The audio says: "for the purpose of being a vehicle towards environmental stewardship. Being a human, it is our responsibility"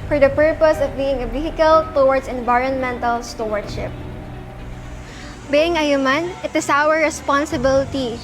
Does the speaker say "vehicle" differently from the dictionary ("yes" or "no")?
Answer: yes